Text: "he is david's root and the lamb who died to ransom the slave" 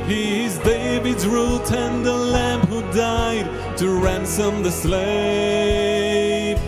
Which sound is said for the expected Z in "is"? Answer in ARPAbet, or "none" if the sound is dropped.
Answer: Z